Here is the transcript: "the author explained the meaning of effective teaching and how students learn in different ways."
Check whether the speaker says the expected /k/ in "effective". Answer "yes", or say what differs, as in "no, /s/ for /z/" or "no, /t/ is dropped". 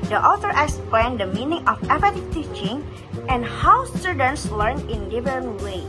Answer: no, /k/ is dropped